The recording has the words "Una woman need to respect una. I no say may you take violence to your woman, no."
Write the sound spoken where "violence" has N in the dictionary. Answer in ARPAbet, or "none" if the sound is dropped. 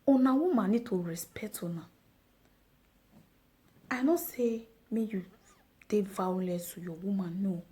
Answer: none